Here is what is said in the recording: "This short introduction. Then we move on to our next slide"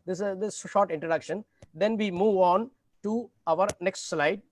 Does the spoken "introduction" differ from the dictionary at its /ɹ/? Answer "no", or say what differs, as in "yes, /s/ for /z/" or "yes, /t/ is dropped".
no